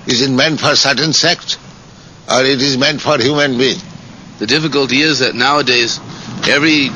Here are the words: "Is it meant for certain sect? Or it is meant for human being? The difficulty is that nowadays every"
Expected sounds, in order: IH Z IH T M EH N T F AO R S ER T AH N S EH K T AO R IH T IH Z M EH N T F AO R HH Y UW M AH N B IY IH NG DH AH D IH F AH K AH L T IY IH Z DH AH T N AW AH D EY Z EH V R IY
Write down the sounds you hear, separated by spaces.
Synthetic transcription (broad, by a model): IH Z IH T M EH N T F AO R S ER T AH N S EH K T AO R IH T IH Z M EH N T F AO R HH Y UW M AH N B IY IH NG DH AH D IH F AH K AH L T IY IH Z DH AH T N AW AH D EY Z EH V R IY